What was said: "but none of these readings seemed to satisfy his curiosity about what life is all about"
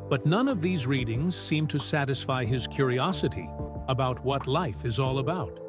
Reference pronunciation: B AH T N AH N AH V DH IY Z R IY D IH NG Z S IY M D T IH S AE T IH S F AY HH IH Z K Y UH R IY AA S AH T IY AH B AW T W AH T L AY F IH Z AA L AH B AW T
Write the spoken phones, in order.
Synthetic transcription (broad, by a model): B AH T N AH N AH V DH IY Z R IY D IH NG Z S IY M T IH S AE T IH S F AY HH IH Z K Y UH R IY AA S AH T IY AH B AW T W AH T L AY F IH Z AA L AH B AW T